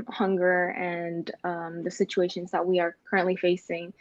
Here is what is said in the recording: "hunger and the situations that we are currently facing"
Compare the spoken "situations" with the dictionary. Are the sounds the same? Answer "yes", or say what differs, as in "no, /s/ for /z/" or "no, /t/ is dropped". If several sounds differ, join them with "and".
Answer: yes